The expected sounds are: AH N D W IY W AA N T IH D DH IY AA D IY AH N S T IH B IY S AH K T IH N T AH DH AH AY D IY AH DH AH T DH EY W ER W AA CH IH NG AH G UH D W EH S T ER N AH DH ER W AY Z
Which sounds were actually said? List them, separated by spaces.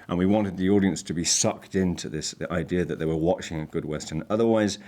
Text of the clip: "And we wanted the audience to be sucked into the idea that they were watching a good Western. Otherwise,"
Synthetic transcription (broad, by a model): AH N W IY W AA N T IH D DH IY AA D IY AH N S T IH B IY S AH K T IH N T AH DH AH AY D IY AH DH AH T DH EY W ER W AA CH IH NG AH G UH D W EH S T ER N AH DH ER W AY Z